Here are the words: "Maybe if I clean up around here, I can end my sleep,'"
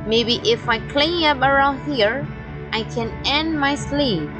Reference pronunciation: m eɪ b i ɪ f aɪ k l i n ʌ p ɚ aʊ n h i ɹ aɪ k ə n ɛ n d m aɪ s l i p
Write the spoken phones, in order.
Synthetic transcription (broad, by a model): m eɪ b i ɪ f aɪ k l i ʌ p ɚ aʊ n h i ɹ aɪ k ə n ɛ n d m aɪ s l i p